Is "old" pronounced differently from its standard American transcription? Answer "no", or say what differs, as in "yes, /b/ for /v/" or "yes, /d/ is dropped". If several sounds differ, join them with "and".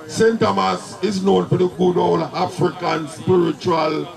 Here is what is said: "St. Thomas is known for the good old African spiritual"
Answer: yes, /d/ is dropped